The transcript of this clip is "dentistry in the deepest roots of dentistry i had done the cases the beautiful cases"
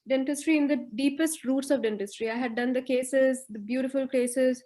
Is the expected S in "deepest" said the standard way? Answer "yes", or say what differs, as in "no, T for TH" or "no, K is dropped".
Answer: yes